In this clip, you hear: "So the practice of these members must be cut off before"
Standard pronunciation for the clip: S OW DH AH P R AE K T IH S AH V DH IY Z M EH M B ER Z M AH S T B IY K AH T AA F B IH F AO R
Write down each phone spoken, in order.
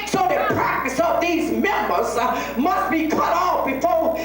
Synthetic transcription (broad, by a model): S OW DH AH P R AE K T IH S AH V DH IY Z M EH M B ER Z M AH S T B IY K AH T AA F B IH F AO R